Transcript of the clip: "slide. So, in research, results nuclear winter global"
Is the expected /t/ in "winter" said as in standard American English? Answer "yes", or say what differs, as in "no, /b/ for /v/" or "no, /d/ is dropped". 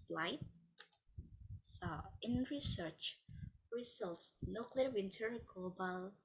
yes